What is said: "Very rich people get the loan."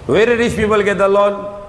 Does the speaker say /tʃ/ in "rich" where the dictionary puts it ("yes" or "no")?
no